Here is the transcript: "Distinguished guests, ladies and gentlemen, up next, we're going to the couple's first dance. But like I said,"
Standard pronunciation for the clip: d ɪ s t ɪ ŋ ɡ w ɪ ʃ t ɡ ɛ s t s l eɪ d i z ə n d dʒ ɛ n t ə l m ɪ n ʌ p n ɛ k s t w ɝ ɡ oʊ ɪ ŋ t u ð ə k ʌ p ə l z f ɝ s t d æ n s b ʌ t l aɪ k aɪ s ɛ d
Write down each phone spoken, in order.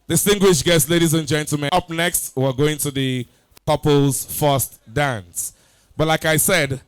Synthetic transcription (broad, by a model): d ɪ s t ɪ ŋ ɡ w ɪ ʃ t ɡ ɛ s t l eɪ d i z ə n dʒ ɛ n t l m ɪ ʌ p n ɛ k s t w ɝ ɡ oʊ ɪ ŋ t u ð ə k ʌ p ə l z f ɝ s t d æ n s b ʌ t l aɪ k aɪ s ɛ d